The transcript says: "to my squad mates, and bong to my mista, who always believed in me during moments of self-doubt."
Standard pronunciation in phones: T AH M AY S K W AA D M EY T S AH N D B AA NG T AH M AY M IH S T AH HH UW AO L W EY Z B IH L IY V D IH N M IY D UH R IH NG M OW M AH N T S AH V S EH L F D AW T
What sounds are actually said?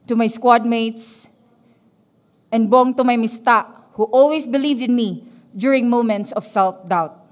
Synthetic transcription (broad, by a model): T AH M AY S K W AA D M EY T S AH N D B AA NG T AH M AY M IH S T AH HH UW AO L W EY S B IH L IY V D IH N M IY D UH R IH NG M OW M AH N T S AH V S EH L F D AW T